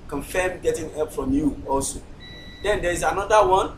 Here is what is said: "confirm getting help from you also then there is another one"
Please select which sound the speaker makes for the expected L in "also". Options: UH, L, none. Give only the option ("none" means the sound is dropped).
L